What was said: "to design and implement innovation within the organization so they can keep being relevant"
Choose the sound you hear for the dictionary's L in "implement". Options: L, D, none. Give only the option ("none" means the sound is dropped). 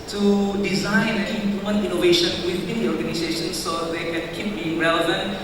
none